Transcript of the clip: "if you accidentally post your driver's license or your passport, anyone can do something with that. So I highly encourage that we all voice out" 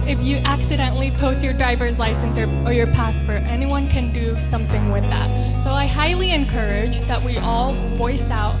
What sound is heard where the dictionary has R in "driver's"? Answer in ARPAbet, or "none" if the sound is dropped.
R